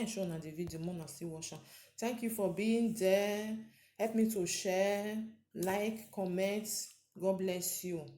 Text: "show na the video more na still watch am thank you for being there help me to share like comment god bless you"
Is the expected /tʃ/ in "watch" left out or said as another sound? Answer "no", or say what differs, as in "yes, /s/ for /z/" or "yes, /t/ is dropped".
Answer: yes, /ʃ/ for /tʃ/